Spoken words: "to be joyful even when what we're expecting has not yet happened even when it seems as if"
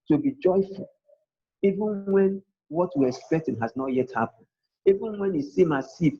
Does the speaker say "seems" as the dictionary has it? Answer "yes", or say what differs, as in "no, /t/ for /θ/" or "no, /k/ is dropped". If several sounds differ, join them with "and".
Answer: no, /z/ is dropped